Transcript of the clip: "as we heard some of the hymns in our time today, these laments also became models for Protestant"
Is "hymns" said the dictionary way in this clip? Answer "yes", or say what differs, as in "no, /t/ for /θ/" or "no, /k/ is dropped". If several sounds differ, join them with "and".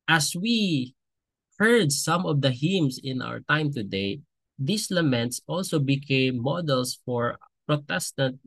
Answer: no, /s/ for /z/